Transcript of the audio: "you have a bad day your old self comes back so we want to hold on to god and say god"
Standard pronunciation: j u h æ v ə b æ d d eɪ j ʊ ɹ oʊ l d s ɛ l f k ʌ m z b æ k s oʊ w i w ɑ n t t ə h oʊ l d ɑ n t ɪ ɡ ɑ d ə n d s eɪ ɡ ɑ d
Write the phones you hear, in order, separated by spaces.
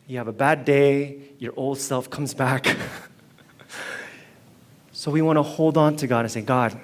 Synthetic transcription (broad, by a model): j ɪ v ə b æ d d eɪ j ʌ ɹ oʊ l d s ɛ l f k ʌ m z b æ k s oʊ w i w ɑ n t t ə h oʊ l d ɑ n t ɪ ɡ ɑ d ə n s eɪ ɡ ɑ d